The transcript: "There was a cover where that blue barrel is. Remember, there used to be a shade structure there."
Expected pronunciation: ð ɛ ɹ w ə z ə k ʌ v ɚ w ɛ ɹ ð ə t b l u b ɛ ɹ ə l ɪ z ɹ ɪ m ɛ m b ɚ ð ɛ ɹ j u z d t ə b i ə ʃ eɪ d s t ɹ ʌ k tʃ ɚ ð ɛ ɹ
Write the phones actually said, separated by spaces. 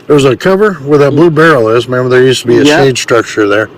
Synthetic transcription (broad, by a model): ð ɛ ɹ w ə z ə k ʌ v ɚ w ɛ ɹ ð ə t b l u b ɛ ɹ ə l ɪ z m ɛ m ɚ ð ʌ ɹ j u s t ə b i ə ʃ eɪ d s t ɹ ʌ k tʃ ɚ ð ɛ ɹ